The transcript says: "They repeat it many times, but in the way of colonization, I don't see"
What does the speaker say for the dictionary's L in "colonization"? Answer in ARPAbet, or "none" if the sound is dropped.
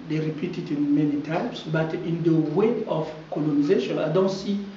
L